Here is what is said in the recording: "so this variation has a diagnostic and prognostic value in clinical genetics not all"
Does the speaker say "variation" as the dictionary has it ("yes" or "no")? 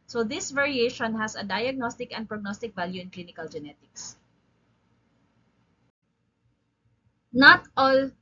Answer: yes